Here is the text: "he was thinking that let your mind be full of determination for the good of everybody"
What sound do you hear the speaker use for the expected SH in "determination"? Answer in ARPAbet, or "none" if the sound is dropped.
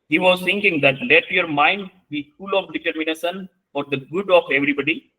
S